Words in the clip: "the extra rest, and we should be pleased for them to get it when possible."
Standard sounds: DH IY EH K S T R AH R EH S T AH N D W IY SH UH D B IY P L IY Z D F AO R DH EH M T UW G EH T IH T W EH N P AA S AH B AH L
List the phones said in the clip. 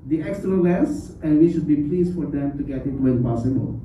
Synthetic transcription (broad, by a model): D IY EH K S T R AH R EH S AH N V IY SH UH D B IY P L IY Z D F AO R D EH M T UW G EH T IH T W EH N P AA S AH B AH L